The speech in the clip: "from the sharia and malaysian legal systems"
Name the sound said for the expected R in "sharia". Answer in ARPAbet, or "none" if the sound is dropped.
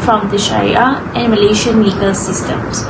none